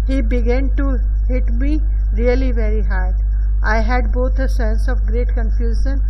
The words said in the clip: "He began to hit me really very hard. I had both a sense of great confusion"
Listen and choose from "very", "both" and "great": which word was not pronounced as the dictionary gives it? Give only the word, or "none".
both